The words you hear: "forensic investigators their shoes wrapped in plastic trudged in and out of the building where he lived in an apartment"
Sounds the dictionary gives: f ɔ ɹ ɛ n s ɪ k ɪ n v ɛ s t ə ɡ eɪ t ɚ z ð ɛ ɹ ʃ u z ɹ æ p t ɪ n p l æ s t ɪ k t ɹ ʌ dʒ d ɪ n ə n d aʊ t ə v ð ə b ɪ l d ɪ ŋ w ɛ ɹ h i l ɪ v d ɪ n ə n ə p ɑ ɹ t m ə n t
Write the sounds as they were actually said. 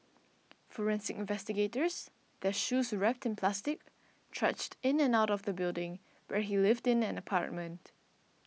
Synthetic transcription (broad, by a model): f ɔ ɹ ɛ n s ɪ k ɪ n v ɛ s t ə ɡ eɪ t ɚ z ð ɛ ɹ ʃ u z ɹ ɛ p t ɪ n p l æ s t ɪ k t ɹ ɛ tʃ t ɪ n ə n aʊ t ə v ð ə b ɪ l d ɪ ŋ w ɛ ɹ h i l ɪ v d ɪ n ə n ə p ɑ ɹ t m ə n t